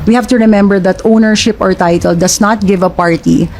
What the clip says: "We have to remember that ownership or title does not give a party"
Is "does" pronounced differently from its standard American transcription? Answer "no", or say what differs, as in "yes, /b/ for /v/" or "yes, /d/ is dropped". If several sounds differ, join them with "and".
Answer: yes, /s/ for /z/